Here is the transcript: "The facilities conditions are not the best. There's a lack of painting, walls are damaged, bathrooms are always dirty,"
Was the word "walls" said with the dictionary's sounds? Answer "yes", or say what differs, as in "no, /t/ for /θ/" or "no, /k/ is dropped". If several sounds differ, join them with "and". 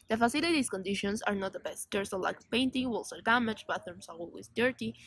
no, /s/ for /z/